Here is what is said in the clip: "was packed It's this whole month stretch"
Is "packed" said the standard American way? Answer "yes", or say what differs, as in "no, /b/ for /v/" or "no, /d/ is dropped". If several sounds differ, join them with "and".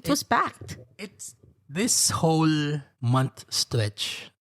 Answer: no, /b/ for /p/